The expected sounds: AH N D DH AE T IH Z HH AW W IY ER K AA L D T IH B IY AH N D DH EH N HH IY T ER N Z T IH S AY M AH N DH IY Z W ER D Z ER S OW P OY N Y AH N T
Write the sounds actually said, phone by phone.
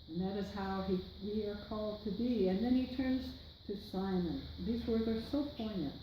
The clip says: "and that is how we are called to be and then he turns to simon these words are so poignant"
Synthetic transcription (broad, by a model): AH N DH AE T IH Z HH AW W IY ER K AA L D T IH B IY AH N DH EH N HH IY T ER N Z T IH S AY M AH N DH IY Z W ER D Z ER S OW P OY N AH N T